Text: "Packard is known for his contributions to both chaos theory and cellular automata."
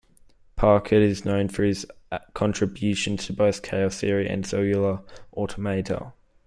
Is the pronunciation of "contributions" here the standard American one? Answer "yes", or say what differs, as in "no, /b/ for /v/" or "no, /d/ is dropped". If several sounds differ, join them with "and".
no, /z/ is dropped